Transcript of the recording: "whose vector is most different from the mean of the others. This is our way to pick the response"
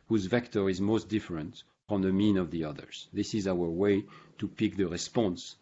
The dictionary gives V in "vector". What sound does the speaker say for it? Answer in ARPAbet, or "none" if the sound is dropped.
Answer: V